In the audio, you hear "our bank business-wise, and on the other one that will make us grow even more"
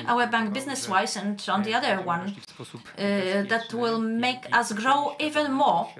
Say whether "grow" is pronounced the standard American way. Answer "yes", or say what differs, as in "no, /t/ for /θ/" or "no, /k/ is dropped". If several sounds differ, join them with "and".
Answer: yes